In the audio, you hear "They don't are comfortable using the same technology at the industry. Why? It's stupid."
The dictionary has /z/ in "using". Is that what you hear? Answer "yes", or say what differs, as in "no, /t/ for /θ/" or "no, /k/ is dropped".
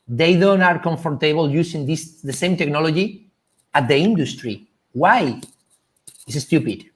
no, /s/ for /z/